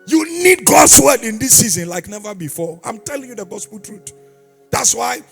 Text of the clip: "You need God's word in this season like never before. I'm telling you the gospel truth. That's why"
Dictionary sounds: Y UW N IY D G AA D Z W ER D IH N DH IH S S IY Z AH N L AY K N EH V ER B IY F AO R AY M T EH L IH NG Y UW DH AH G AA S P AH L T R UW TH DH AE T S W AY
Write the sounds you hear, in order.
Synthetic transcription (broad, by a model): Y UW N IY D G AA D S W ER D IH N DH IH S S IY Z AH N L AY K N EH V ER B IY F AO AY M T EH L IH NG Y UW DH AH G AA S P AH L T R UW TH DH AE T S W AY